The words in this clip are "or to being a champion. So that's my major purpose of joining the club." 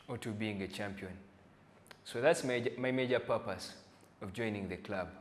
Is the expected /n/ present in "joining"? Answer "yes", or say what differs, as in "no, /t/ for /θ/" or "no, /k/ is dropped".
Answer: yes